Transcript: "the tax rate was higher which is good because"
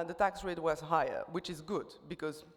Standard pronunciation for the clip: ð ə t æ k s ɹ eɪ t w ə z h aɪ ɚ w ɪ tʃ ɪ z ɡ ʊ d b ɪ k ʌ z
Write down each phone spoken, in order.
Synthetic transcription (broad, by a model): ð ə t æ k s ɹ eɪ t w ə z h aɪ ɚ w ɪ tʃ ɪ z ɡ ʊ d b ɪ k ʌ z